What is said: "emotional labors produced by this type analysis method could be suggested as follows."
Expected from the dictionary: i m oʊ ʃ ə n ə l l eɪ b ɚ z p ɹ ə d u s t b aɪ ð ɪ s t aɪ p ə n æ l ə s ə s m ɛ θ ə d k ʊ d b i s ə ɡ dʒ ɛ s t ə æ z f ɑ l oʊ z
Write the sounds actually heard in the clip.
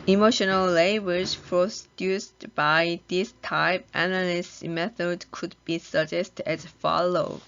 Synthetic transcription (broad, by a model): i m oʊ ʃ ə n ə l l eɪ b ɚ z p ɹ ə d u s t b aɪ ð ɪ s t aɪ p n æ n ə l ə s m ɛ θ ə d k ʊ d b i s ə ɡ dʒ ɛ s t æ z f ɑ l oʊ